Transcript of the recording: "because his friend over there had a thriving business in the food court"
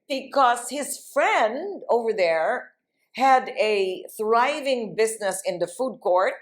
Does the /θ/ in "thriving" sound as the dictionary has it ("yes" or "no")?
yes